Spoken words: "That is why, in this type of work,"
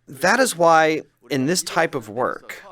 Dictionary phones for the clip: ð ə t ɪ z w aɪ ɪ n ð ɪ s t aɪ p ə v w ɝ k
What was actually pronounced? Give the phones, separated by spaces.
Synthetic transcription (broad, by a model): ð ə t ɪ z w aɪ ɪ n ð ɪ s t aɪ p ə v w ɝ k